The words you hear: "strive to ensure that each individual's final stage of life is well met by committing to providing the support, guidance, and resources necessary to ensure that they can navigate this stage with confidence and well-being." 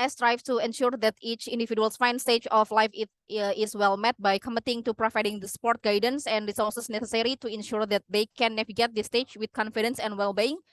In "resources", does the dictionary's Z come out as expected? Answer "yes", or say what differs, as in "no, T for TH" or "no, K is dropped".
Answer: no, S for Z